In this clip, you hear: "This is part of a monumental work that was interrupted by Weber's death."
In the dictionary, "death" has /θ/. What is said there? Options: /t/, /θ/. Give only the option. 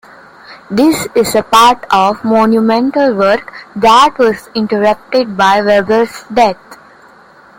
/t/